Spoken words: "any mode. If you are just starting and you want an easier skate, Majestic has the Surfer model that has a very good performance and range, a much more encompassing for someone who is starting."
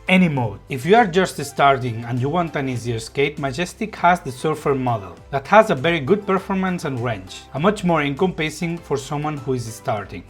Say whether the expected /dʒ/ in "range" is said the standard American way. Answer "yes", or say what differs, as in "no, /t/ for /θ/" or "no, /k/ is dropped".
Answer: no, /tʃ/ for /dʒ/